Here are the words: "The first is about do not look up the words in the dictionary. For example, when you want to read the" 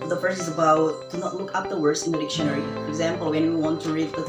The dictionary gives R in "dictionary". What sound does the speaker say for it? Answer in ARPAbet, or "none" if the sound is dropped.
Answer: R